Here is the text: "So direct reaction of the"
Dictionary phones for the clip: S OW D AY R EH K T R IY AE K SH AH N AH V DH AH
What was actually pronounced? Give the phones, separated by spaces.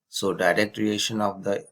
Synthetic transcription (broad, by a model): S OW D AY R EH K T R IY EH SH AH N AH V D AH